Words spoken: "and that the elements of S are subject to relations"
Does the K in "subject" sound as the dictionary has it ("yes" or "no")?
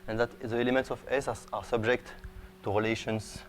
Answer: yes